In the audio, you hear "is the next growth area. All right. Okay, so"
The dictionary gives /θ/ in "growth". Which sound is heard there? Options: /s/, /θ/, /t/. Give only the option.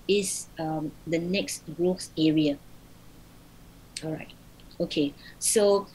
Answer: /s/